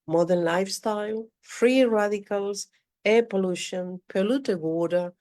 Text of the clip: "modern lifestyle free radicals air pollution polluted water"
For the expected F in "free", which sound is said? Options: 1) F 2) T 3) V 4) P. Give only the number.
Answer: 1